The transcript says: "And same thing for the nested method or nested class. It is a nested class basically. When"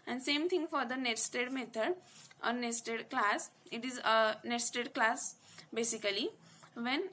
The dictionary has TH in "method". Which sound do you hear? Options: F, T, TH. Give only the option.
T